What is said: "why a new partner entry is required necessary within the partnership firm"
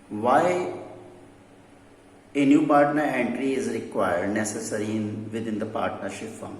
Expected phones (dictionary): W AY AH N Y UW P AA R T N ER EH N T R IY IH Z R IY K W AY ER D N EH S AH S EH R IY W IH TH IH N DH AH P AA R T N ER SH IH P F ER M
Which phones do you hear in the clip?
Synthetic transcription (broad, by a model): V AY AH N Y UW P AA R T N ER EH N T R IY IH Z R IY K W AY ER D N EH S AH S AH R IY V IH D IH N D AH P AA R T N ER SH IH P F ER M